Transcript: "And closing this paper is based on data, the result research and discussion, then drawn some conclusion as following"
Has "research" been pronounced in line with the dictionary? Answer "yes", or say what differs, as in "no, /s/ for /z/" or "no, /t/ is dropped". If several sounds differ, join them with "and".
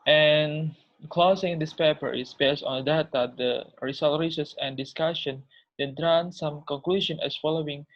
no, /s/ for /tʃ/